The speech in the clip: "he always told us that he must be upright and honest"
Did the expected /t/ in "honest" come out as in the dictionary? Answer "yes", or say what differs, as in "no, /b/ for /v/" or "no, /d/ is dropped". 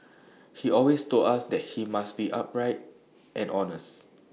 yes